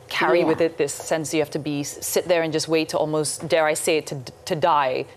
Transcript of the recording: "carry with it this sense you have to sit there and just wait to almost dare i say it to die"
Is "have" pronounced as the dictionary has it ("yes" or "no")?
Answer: no